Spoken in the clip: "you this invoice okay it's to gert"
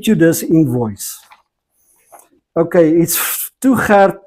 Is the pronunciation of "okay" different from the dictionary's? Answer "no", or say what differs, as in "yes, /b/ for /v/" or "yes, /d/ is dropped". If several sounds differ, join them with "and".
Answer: no